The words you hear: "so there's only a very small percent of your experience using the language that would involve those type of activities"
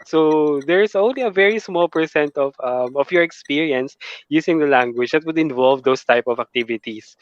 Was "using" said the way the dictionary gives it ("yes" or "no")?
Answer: no